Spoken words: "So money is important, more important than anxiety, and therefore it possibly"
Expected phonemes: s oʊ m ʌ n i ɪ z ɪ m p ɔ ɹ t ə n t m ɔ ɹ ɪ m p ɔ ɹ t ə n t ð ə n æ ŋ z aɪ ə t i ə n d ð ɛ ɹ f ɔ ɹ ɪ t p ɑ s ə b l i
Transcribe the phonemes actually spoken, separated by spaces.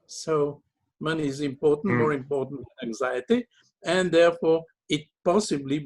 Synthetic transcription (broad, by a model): s oʊ m ʌ n i ɪ z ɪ m p ɔ ɹ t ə n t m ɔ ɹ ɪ m p ɔ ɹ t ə n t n æ ŋ z aɪ ə t i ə n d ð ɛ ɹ f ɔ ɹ ɪ t p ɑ s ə b l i